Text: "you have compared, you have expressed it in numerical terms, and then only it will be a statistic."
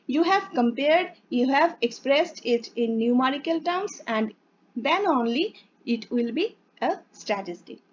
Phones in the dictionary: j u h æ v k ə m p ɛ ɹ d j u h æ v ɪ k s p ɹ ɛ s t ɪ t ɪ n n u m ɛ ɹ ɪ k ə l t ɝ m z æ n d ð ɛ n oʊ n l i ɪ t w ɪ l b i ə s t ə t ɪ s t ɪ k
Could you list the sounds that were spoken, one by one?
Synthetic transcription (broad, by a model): j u h æ v k ə m p ɛ ɹ d j u h æ v ɪ k s p ɹ ɛ s t ɪ t ɪ n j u m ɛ ɹ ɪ k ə l t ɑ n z æ n d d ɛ n oʊ n l i ɪ t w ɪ l b i ə s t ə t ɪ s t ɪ